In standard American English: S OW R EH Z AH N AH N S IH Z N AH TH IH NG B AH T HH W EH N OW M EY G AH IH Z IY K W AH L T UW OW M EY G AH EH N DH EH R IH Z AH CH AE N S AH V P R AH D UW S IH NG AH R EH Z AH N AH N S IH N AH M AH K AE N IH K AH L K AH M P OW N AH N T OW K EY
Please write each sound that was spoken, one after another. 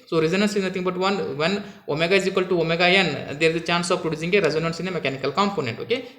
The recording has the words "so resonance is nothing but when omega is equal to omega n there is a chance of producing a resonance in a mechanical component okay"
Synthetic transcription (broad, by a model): S OW R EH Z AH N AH N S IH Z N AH T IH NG B AH T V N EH N OW M EY G AH IH Z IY K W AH L T UW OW M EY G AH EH N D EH R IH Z AH CH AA N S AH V P R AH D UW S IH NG AH R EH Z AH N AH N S IH N AH M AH K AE N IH K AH L K AH M P OW N AH N T OW K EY